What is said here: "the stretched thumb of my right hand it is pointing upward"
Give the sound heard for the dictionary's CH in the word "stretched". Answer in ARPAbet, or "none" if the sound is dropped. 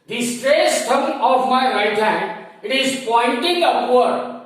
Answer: S